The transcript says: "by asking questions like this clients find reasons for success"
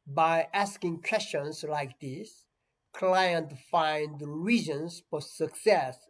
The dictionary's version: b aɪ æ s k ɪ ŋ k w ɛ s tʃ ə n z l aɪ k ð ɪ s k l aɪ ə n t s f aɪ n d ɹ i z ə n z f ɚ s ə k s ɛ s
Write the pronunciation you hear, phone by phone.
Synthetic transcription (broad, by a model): b aɪ æ s k ɪ ŋ k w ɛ s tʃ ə n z l aɪ k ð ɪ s k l aɪ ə n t f aɪ n d ɹ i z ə n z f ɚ s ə k s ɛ s